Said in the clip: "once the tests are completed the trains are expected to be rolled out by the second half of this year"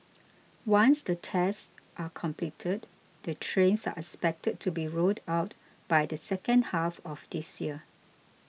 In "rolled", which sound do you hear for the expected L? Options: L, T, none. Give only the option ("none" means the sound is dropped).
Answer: none